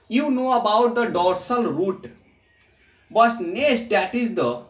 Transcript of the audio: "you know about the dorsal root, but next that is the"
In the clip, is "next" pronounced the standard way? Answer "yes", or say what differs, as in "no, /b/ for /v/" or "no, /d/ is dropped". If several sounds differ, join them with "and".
no, /k/ is dropped